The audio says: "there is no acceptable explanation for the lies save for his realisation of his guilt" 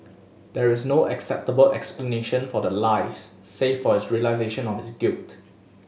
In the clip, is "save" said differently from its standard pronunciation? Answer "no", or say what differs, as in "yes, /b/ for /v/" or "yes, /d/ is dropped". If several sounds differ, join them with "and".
yes, /f/ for /v/